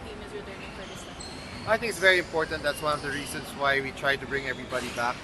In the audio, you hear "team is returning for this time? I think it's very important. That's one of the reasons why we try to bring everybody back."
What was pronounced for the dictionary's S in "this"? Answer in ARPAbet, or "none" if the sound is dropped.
none